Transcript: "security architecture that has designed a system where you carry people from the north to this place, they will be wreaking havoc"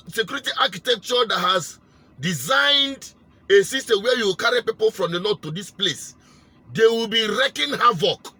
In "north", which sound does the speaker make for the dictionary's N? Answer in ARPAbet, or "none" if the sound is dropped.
L